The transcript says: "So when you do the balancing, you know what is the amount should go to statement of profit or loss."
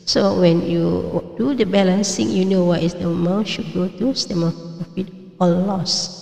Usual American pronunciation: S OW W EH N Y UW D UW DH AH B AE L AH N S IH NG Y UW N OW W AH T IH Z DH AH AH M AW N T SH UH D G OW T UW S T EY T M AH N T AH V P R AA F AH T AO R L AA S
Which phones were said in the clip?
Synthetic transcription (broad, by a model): S OW W EH N Y UW D UW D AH B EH L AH N S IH NG Y UW N OW W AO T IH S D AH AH M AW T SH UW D G OW T UW S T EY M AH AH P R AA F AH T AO L L AA S